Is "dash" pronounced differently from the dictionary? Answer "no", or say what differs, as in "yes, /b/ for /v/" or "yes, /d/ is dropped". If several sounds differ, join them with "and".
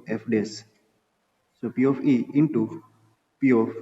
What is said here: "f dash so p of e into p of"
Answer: yes, /s/ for /ʃ/